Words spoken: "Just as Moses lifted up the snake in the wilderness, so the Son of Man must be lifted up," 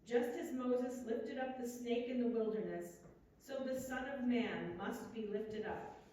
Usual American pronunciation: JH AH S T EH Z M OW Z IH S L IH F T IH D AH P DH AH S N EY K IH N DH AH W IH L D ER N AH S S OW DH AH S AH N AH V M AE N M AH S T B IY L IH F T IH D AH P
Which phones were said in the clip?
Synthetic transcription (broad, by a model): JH AH S T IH Z M OW Z IH S L IH F T IH D AH P DH AH S N EY K IH N DH AH W IH L D ER N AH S S OW DH AH S AH N AH V M AE N M AH S T B IY L IH F T IH D AH P